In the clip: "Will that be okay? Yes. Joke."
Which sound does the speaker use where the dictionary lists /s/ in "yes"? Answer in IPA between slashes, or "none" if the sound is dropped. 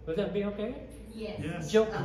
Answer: none